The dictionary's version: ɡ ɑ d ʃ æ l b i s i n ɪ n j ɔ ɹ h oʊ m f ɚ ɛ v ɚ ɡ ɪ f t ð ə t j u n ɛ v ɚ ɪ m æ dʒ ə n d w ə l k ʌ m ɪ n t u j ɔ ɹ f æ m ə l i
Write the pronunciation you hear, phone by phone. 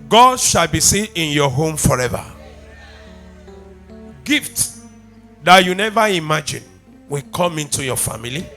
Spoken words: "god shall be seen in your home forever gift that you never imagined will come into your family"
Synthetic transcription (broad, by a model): ɡ ɑ d ʃ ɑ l b i s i ɪ n j ɔ h oʊ m f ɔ ɛ v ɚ ɡ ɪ f t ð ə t j u n ɛ v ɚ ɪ m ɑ dʒ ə n w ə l k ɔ m ɪ n t u j ɔ f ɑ m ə l i